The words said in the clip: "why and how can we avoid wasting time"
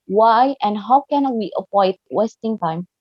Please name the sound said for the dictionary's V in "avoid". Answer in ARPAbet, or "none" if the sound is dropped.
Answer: P